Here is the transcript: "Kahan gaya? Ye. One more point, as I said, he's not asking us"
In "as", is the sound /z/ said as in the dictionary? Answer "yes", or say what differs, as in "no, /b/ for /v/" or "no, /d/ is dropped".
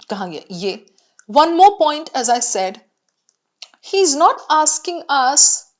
yes